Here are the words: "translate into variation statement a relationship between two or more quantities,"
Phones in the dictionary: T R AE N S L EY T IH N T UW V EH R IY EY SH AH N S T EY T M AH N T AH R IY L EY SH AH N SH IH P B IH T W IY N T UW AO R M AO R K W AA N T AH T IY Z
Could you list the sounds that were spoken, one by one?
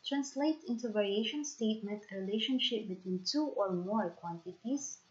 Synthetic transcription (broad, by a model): T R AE N S L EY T IH N T UW V EH R IY EY SH AH N S T EY T M AH N T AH R IY L EY SH AH N SH IH P B IH T W IY N T UW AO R M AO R K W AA N T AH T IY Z